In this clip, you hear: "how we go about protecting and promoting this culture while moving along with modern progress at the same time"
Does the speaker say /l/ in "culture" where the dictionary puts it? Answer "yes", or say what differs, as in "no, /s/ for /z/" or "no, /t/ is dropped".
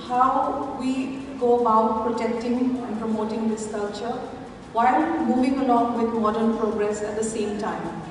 yes